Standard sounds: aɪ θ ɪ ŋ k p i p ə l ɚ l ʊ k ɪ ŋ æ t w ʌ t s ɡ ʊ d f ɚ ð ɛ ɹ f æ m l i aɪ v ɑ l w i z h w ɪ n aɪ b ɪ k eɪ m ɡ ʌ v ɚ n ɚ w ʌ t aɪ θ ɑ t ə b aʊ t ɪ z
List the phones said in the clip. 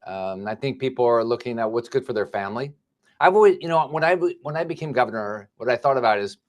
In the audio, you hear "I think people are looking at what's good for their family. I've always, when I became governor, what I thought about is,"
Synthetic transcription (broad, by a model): aɪ θ ɪ ŋ k p i p l ɚ l ʊ k ɪ ŋ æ t w ʌ t s ɡ ʊ d f ɚ ð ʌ ɹ f æ m l i aɪ v ɑ l w i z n w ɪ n aɪ b ɪ k eɪ m ɡ ʌ v ɚ n ɚ w ʌ t aɪ θ ɑ t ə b aʊ t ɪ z